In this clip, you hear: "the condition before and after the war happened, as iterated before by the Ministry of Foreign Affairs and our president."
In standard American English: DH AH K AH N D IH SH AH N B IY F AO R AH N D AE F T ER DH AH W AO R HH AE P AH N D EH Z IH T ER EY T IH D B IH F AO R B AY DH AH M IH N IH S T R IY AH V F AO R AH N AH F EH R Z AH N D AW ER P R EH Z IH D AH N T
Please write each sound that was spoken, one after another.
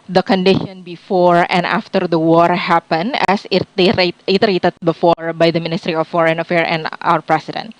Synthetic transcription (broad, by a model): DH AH K AH N D IH SH AH N B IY F AO R AH N D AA F T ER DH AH W AO R HH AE P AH N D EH S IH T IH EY T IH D B IH F AO R B AY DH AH M IH N IH S T R IY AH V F AO R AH N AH F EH R AH N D AW ER P R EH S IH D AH N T